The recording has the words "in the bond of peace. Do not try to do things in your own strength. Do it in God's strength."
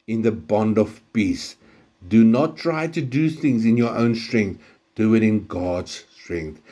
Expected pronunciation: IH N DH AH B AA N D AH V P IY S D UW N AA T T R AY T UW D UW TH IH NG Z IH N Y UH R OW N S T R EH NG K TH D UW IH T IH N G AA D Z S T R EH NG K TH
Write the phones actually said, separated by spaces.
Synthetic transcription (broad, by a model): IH N DH AH B AA N D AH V P IY S D UW N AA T T R AY T UW D UW TH IH NG Z IH N Y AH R OW N S T R EH NG K TH D UW IH T IH N G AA D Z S T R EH NG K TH